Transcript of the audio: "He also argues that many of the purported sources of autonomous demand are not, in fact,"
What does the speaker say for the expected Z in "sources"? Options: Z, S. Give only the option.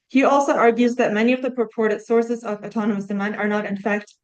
Z